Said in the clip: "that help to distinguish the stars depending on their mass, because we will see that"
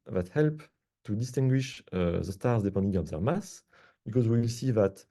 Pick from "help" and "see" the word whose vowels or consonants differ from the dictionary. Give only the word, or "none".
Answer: none